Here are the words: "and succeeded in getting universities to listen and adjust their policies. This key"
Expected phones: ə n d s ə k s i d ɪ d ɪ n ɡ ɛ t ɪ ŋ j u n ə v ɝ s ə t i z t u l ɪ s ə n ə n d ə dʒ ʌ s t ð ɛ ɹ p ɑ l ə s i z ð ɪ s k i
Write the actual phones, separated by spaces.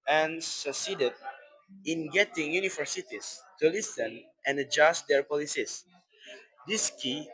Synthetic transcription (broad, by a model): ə n s ə k s i d ɪ d ɪ n ɡ ɛ t ɪ ŋ j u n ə f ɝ s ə t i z t u l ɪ s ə n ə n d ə dʒ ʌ s t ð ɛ ɹ p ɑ l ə s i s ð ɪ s k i